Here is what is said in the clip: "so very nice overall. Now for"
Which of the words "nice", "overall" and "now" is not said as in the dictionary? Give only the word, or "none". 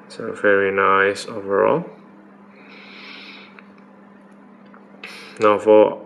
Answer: none